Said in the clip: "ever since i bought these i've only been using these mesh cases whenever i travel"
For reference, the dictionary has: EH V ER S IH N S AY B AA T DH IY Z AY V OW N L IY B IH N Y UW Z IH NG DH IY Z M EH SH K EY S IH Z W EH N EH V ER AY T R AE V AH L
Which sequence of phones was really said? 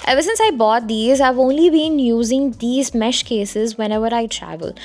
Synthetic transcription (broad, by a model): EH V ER S IH N S AY B AA T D IY Z AY V OW N L IY B IH N Y UW Z IH NG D IY Z M EH SH K EY S IH Z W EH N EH V ER AY T R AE V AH L